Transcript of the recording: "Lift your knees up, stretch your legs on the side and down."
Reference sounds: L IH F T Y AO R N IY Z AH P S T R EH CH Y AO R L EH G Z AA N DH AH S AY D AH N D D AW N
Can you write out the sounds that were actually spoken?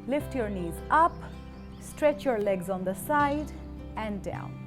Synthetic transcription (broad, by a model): L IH F T Y AO R N IY Z AH P S T R EH CH Y AO R L EH G Z AA N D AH S AY D AH N D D AW N